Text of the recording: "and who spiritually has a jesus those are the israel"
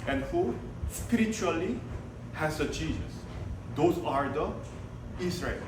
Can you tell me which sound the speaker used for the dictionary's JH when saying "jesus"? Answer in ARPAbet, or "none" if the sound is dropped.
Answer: CH